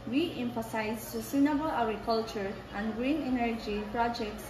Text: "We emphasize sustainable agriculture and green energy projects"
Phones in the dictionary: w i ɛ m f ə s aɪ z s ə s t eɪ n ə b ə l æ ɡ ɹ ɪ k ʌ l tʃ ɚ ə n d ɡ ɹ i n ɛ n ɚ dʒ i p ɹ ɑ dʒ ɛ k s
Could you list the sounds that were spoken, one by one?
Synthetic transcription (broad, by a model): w i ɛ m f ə s aɪ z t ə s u n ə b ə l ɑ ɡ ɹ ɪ k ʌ l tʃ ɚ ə n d ɡ ɹ i n ɛ n ɚ dʒ i p ɹ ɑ dʒ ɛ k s